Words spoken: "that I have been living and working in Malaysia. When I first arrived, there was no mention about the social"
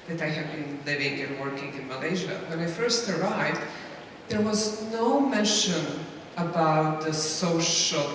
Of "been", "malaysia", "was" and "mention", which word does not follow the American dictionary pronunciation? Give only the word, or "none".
none